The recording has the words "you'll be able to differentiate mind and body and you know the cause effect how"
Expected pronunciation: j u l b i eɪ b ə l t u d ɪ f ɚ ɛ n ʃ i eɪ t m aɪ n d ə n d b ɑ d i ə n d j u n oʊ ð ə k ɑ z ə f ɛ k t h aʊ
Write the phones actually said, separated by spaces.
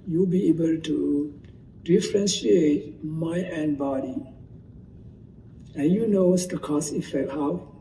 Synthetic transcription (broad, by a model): j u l b i eɪ b ə l t u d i f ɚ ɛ n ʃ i eɪ t m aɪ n ə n b ɑ d i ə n j u n oʊ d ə k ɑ s ə f ɛ k t h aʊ